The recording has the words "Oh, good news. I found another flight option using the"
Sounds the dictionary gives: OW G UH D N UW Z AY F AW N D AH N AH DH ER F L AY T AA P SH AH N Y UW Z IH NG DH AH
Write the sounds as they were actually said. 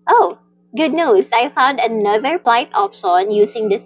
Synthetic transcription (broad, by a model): OW G UH D N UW S AY F AW N D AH N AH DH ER P L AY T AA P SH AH N Y UW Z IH NG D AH